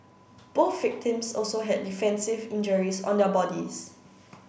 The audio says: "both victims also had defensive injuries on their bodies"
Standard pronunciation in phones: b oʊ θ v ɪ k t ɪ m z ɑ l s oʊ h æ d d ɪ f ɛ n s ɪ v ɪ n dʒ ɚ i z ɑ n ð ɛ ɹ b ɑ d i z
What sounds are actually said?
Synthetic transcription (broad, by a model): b oʊ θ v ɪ k t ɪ m s ɑ l s oʊ h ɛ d d ɪ f ɛ n s ɪ v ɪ n dʒ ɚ i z ɑ n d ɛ b ɑ d i s